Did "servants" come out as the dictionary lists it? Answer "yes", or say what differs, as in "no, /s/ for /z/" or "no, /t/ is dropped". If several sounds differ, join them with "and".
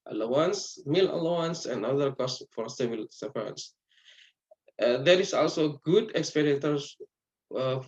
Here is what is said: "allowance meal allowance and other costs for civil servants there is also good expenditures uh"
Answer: no, /v/ is dropped